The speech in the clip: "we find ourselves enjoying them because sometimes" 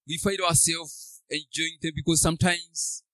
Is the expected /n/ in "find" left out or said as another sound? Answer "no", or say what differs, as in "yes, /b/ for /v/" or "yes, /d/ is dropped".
yes, /n/ is dropped